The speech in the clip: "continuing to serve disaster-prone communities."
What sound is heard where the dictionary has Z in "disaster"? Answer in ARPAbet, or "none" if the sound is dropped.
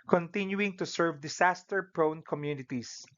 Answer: S